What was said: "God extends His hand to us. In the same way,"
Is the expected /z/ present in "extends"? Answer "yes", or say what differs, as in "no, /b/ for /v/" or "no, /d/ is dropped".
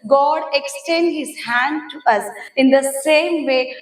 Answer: no, /z/ is dropped